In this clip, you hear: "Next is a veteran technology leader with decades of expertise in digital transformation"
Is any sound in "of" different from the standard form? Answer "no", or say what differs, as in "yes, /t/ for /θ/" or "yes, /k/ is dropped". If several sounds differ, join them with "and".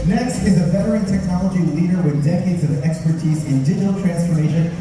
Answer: no